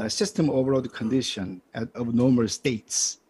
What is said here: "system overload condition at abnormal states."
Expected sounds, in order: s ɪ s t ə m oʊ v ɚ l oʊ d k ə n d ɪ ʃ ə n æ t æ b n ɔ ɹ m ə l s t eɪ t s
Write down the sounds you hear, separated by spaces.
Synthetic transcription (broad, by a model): s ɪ s t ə m oʊ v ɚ oʊ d k ə n d ɪ ʃ ə n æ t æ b n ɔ m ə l s t eɪ t s